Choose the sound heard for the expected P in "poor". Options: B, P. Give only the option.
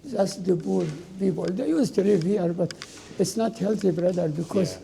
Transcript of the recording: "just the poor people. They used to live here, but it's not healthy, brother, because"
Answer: B